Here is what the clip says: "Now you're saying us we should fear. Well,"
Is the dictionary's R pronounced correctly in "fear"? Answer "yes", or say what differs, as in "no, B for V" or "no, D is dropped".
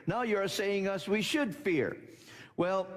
yes